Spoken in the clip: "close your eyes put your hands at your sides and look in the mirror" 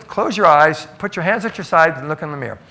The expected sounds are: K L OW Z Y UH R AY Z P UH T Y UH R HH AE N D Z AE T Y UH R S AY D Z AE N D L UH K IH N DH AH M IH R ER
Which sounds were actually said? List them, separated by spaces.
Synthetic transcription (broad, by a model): K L OW Z Y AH R AY Z P UH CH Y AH R HH AE N D Z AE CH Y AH R S AY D N L UH K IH N DH AH M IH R